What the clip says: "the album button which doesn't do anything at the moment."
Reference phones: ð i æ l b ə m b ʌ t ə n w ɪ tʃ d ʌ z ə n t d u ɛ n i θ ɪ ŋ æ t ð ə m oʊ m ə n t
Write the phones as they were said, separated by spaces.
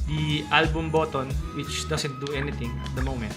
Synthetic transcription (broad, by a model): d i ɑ l b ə m b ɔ t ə n w ɪ tʃ d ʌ s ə n t d u ɛ n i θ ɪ ŋ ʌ t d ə m oʊ m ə n t